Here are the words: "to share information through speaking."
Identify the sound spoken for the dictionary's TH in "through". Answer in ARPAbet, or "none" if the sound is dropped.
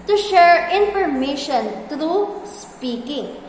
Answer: T